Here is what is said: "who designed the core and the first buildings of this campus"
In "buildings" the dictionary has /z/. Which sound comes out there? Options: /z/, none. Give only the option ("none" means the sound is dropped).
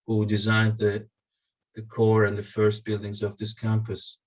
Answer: /z/